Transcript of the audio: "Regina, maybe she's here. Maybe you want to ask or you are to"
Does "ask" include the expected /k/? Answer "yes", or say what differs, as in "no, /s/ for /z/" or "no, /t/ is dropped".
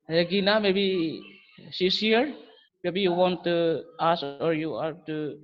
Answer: no, /k/ is dropped